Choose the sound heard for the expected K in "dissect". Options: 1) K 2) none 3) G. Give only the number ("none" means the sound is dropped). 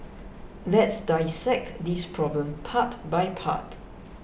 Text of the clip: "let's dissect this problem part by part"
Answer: 1